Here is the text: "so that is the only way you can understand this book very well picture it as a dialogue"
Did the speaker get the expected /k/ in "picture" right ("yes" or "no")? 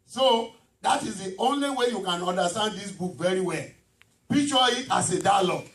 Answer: no